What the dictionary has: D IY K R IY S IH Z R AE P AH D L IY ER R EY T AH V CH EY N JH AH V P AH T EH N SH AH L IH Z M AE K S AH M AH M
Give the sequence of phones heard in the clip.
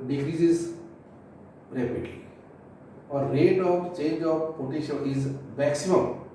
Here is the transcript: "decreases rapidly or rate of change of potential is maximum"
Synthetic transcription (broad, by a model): D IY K R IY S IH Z R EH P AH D L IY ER R EY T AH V CH EY N JH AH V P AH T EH SH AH IH Z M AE K S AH M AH M